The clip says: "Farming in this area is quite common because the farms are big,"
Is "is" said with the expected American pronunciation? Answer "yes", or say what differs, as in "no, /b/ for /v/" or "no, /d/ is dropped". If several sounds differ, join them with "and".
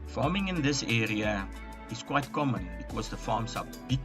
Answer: no, /s/ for /z/